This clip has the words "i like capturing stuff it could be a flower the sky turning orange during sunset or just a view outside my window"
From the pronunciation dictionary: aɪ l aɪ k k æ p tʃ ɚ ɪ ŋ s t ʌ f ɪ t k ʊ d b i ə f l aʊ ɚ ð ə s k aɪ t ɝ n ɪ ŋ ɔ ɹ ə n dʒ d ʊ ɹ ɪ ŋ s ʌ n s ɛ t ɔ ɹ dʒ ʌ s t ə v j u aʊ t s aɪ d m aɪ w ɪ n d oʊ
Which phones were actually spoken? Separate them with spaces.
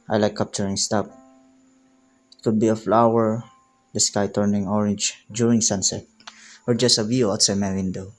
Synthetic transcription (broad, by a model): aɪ l aɪ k k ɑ p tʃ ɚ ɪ ŋ s t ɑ p ɪ t k ʊ d b i ə f l aʊ ɚ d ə s k aɪ t ɝ n ɪ ŋ ɔ ɹ ə n dʒ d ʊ ɹ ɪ ŋ s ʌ n s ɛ t ɔ ɹ dʒ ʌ s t ə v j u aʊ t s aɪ m aɪ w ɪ n d oʊ